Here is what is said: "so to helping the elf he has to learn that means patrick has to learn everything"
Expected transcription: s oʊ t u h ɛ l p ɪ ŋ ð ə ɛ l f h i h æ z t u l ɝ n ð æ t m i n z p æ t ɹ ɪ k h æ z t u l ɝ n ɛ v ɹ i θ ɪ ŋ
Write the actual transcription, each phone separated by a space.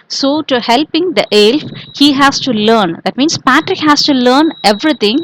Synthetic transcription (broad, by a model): s oʊ t u h ɛ l p ɪ ŋ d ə ɛ l f h i h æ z t u l ɝ n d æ t m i n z p æ t ɹ ɪ k h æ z t u l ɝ n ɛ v ɹ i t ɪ ŋ